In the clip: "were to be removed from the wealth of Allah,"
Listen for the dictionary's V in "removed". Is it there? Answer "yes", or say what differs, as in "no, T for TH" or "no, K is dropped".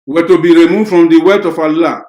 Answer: no, F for V